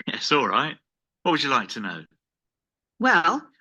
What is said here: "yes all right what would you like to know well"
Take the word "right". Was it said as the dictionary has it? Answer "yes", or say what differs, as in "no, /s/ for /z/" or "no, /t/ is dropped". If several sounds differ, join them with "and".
yes